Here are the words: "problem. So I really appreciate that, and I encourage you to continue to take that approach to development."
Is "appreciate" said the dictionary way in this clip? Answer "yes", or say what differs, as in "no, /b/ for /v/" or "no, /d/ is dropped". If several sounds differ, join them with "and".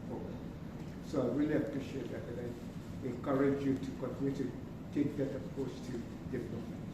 yes